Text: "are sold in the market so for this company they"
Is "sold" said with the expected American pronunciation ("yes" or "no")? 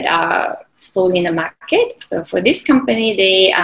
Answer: no